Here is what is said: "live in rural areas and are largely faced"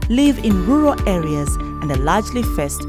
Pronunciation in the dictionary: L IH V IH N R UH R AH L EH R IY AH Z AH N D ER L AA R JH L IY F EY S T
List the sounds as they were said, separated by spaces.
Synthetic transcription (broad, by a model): L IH V IH N R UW R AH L EH R IY AH Z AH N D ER L AA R JH L IY F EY S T